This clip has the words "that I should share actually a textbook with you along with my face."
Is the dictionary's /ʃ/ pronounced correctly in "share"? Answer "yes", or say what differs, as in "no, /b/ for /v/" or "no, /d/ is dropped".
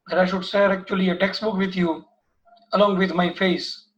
no, /s/ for /ʃ/